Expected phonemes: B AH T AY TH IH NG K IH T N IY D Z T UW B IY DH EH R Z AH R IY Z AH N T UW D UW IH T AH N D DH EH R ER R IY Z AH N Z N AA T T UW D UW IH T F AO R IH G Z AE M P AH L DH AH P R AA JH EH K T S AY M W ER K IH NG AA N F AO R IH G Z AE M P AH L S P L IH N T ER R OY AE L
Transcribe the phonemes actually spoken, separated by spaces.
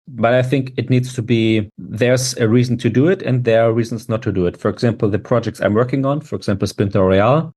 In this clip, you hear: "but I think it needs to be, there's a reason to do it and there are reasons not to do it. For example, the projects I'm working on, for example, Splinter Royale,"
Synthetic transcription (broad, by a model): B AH T AY TH IH NG K IH T N IY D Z T UW B IY DH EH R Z AH R IY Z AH N T UW D UW IH T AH N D DH EH R R IY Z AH N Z N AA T T UW D UW IH T F AO R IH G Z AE M P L DH AH P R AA JH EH K T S AY M W ER K IH NG AA N F AO R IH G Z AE M P L S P IH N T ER R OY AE L